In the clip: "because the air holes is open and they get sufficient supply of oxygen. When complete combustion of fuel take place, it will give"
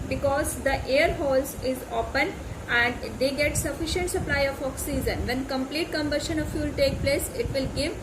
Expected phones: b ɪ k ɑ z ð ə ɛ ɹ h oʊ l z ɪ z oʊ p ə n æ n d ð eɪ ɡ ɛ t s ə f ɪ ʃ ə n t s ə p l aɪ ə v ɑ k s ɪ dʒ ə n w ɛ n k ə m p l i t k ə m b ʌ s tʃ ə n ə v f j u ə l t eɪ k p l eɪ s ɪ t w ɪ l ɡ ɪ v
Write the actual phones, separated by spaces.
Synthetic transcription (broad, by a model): b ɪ k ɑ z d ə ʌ ɹ h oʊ l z ɪ z oʊ p ə n æ n d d eɪ ɡ ɛ t s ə f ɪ ʃ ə n t s ə p l aɪ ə f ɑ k s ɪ z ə n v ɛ n k ə m p l i t k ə m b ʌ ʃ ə n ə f j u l t eɪ k p l eɪ s ɪ t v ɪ l ɡ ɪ v